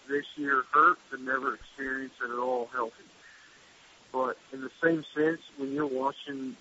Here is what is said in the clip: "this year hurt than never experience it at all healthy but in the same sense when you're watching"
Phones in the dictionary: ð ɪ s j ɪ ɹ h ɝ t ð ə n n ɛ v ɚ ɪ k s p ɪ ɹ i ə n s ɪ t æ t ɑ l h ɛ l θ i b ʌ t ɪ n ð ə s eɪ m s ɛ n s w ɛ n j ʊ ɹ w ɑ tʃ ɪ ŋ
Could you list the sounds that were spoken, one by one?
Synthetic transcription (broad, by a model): ð ɪ s j ɪ ɹ h ɝ t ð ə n n ɛ v ɚ ɪ k s p ɪ ɹ i ə n s ɪ t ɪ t ɑ l h ɛ l θ i b ʌ t ɪ n ð ə s eɪ m s ɛ n s w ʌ n j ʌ ɹ w ɑ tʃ ɪ ŋ